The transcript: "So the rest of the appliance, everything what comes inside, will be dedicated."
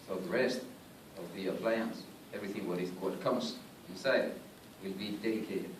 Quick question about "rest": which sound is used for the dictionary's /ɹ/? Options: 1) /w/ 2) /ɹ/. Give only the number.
2